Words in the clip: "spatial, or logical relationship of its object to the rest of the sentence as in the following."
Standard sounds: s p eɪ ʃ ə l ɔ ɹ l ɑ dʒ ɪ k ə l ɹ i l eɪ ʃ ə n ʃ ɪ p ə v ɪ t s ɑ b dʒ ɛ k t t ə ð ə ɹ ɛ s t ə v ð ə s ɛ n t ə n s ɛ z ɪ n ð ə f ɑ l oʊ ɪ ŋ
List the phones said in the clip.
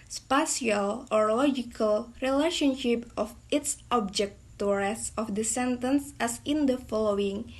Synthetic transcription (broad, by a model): s p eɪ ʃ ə l ɔ ɹ l ɑ dʒ ɪ k ə l ɹ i l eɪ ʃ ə n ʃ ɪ p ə f ɪ t s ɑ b dʒ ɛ k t t ə ɹ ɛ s ə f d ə s ɛ n t ə n s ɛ s ɪ n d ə f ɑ l oʊ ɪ ŋ